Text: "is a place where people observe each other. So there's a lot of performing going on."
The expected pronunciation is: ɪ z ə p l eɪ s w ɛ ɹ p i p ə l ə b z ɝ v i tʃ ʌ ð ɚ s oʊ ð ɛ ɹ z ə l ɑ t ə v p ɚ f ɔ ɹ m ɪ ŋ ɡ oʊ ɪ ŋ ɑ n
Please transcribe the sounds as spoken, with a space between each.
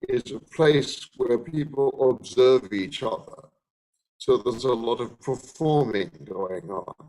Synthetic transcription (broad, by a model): ɪ z ə p l eɪ s w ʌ ɹ p i p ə l ə b z ɝ v i tʃ ʌ ð ɚ s oʊ ð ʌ ɹ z ə l ɑ t ə v p ɚ f ɔ ɹ m ɪ ŋ ɡ oʊ ɪ ŋ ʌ n